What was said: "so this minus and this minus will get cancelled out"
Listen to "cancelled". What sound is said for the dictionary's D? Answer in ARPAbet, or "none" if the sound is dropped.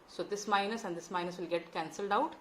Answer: D